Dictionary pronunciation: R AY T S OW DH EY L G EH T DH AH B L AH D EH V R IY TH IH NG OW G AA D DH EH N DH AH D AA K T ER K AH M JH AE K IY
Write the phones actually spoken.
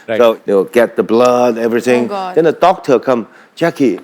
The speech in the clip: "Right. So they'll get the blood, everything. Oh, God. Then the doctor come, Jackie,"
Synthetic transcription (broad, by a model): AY S OW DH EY W G EH T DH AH B L AH D EH V R IY TH IH NG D DH EH N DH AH D AA K T ER K AH M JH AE K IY